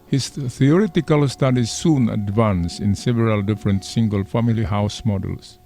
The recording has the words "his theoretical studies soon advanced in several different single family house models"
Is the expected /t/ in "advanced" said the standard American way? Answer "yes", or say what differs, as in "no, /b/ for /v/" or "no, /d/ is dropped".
no, /t/ is dropped